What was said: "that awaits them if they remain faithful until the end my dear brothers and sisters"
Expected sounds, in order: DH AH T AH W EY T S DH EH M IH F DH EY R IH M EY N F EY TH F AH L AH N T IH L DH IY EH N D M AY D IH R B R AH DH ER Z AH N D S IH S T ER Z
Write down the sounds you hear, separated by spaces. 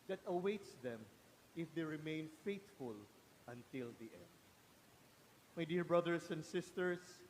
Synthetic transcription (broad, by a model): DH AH T AH W EY T S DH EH M IH F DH EY R IH M EY N F EY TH F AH L AH N T IH L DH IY EH N D M AY D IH R B R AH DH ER S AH N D S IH S T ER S